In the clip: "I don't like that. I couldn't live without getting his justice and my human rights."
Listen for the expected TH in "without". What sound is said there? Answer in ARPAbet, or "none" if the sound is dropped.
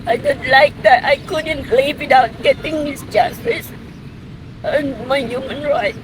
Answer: T